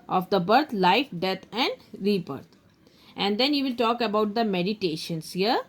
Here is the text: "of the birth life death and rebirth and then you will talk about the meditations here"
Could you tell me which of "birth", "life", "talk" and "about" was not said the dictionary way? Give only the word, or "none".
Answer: birth